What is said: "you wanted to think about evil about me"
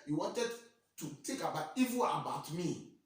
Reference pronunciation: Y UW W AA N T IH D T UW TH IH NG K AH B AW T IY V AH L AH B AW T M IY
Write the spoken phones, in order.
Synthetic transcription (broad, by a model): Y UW W AA N T IH D T UW T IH K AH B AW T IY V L AH B AW T M IY